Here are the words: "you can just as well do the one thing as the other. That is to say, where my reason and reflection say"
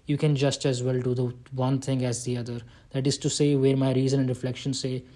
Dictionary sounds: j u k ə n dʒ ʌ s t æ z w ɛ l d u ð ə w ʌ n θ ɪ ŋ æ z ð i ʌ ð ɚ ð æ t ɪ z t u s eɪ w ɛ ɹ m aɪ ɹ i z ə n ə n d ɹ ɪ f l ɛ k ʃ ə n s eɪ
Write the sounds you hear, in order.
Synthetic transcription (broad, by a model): j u k ə n dʒ ʌ s t æ z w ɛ l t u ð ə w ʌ n t ɪ ŋ æ z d i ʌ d ɚ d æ t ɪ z t u s eɪ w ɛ ɹ m aɪ ɹ i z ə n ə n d ɹ ɪ f l ɛ k ʃ ə n s eɪ